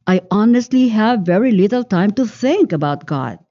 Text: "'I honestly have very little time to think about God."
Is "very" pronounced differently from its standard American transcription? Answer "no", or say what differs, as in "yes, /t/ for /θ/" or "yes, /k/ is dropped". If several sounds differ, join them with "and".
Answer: no